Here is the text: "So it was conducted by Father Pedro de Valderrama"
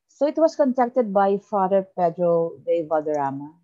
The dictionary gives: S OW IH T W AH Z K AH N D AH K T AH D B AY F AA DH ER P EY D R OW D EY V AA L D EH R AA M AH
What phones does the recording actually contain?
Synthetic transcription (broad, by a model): S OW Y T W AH S K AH N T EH K T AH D B AY F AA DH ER P EY D R OW D EY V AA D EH R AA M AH